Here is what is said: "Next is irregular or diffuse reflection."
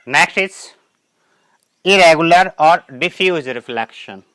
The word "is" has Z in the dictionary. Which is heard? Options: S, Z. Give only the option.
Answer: S